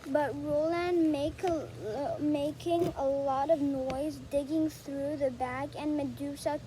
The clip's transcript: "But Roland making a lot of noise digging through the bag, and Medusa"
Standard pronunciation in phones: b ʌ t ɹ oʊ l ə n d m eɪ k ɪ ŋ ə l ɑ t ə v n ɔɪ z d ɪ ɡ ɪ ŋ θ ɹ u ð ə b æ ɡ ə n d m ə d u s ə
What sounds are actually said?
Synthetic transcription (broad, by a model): b ʌ t ɹ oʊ l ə n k m eɪ k ɪ ŋ ə l ɑ t ə v n ɔɪ z d ɪ ɡ ɪ ŋ θ ɹ u ð ə b æ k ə n m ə d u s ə